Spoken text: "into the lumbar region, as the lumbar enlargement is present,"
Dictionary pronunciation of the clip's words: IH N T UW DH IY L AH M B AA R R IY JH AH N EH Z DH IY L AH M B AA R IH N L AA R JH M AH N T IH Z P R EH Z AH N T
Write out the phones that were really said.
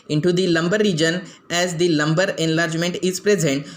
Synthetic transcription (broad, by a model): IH N T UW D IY L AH M B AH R R IY JH AH N EH Z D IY L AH M B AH R IH N L AA R JH M AH N T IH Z P R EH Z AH N T